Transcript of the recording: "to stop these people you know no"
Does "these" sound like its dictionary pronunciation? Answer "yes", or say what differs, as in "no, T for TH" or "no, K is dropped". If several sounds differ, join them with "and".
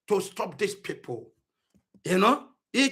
no, S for Z